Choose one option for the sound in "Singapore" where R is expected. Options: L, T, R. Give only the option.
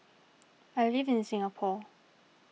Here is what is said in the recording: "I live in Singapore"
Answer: L